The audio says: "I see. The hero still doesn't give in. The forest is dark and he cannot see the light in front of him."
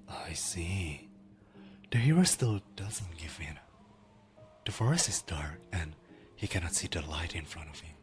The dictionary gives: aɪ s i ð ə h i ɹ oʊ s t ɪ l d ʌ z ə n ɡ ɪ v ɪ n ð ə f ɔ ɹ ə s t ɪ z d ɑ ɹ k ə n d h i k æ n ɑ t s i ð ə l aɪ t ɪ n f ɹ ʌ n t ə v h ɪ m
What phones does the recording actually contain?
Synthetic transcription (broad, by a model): aɪ s i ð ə h i ɹ oʊ s t ɪ l d ʌ z ə n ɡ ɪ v ɪ n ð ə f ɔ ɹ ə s ɪ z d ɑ ɹ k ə n h i k æ n ɑ t s i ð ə l aɪ t ɪ n f ɹ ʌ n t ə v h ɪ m